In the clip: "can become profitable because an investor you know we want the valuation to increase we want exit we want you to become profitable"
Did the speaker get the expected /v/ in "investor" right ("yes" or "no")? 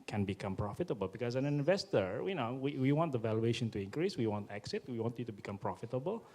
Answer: yes